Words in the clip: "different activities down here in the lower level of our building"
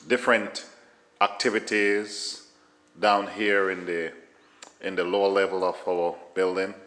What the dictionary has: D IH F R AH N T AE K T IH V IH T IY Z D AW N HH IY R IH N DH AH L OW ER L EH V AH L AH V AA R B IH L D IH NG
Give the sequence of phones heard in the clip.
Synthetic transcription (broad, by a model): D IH F R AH N T AE K T IH V IH T IY Z D AW N HH IY R IH N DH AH L OW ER L EH V AH L AH V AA L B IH L D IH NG